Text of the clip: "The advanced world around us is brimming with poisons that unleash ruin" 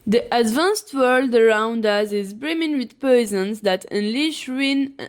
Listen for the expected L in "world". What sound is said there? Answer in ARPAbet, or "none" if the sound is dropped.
L